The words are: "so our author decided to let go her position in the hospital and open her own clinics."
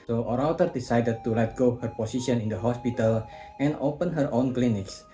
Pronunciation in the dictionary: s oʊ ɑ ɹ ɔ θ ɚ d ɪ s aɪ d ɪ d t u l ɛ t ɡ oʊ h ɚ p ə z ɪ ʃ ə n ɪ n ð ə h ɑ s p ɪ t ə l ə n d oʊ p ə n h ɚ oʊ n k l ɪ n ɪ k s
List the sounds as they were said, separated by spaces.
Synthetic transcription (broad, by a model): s oʊ ɑ ɹ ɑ t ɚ d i s aɪ d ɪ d t u l ɛ t ɡ oʊ h ɚ p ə s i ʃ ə n ɪ n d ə h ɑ s p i t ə l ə n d oʊ p ə n h ɚ oʊ n k l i n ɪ k s